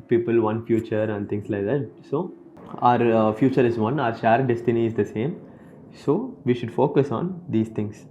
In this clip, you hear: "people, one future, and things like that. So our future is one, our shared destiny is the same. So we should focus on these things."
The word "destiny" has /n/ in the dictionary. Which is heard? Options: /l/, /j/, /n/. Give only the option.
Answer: /n/